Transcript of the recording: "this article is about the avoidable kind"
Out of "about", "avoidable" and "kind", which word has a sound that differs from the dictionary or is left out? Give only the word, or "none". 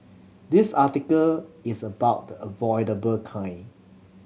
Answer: kind